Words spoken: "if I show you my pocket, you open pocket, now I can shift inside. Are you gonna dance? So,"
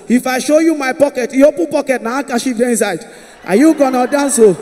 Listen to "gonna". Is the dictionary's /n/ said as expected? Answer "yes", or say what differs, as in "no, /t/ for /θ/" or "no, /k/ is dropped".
yes